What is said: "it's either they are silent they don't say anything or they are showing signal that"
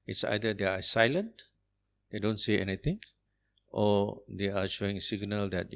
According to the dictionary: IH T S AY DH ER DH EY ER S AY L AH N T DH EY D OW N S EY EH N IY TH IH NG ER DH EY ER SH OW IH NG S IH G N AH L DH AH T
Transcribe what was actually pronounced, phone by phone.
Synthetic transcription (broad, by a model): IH T S AY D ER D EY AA S AY L AH N T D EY D OW N S EY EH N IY T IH NG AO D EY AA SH OW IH NG S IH G N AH L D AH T